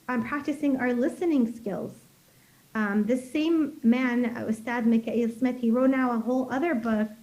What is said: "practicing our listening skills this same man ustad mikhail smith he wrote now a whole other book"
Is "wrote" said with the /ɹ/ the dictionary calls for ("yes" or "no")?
yes